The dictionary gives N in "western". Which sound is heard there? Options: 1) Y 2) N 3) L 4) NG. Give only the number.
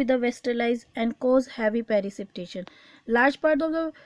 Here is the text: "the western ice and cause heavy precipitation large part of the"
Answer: 3